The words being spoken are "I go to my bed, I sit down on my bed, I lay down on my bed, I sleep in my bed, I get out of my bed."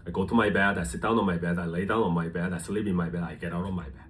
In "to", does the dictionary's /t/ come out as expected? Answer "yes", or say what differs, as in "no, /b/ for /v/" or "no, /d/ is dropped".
yes